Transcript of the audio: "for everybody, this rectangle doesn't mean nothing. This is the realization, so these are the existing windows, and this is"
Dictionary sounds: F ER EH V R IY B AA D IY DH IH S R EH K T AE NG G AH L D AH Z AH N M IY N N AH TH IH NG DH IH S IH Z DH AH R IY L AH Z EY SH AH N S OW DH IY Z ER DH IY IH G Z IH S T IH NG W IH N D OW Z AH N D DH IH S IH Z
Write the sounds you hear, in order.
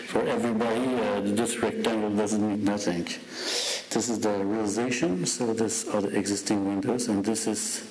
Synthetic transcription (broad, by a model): F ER EH V R IY B AA D IY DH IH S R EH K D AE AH N D AH Z AH N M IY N N AH TH IH NG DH IH S IH Z DH AH R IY L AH Z EY SH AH N S OW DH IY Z ER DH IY IH G Z IH S T IH NG W IH N D OW Z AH N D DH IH S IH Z